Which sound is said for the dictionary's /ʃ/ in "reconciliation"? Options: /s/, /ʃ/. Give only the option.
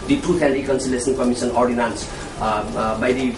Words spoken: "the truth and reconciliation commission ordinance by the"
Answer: /s/